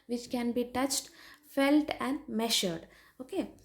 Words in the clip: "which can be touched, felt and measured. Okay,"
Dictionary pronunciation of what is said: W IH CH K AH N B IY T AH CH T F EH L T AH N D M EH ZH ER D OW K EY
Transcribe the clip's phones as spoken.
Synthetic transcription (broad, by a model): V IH CH K AH N B IY T AH CH T F EH L T AH N D M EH SH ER D OW K EY